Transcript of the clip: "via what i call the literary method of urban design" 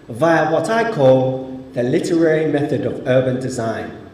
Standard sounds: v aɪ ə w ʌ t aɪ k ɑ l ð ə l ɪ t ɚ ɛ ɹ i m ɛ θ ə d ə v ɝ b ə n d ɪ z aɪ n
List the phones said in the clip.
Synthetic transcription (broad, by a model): v aɪ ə w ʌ t aɪ k ɑ l ð ə l ɪ t ɚ ɛ ɹ i m ɛ θ ə d ə v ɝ b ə n d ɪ z aɪ n